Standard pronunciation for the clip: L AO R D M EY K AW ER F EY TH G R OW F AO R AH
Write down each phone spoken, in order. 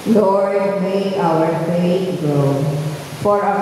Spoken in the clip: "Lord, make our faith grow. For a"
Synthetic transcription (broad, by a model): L AO R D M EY AW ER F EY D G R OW F AO R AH